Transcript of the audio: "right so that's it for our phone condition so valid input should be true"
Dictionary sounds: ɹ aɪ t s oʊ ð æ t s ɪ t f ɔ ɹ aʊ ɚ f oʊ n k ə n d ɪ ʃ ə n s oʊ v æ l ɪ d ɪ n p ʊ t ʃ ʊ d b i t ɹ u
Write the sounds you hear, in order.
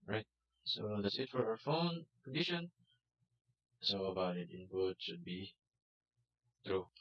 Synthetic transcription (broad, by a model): ɹ aɪ t s oʊ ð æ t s ɪ t f ɔ ɹ aʊ ɚ f oʊ n k ə n d ɪ ʃ ə n s oʊ b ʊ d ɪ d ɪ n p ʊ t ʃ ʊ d b i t ɹ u